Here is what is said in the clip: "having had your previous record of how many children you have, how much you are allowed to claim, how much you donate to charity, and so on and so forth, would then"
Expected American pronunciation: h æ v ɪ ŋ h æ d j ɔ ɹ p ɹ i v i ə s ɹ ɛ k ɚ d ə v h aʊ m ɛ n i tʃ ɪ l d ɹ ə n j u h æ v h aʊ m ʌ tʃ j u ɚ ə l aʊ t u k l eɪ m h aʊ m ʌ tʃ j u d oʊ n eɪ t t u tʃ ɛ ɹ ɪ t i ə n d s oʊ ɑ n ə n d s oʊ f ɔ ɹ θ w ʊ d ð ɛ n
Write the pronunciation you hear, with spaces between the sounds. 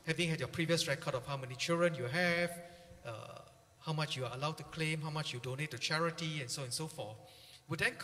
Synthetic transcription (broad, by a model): h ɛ v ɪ ŋ h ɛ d j ɔ p ɹ i v i ə s ɹ ɛ k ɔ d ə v h aʊ m ɛ n i tʃ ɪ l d ɹ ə n j u h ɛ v h aʊ m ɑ tʃ j u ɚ ə l aʊ t u k l eɪ m h aʊ m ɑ tʃ j u d oʊ n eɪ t t u tʃ ɛ ɹ ɪ t i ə n s oʊ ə n s oʊ f ɔ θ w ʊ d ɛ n